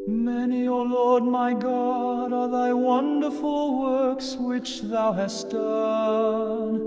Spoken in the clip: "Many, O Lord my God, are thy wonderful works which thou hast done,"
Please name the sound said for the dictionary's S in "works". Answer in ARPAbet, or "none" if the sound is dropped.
S